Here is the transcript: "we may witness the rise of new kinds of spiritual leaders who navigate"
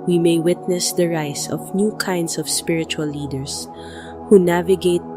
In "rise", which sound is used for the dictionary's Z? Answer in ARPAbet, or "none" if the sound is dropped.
S